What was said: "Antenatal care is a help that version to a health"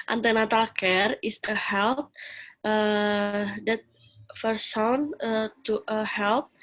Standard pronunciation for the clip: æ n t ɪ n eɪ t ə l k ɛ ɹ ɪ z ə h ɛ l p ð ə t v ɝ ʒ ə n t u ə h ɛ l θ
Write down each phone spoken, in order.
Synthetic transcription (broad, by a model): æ n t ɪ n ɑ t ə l k ɛ ɹ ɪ s ə h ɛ l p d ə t f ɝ s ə n t u ə h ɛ l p